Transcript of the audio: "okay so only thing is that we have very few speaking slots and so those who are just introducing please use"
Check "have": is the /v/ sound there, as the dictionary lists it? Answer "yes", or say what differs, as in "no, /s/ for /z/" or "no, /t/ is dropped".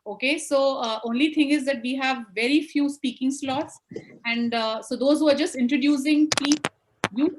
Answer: yes